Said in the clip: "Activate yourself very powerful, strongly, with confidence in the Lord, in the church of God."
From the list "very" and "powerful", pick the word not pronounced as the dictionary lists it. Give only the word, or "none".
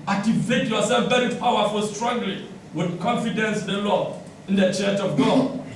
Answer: very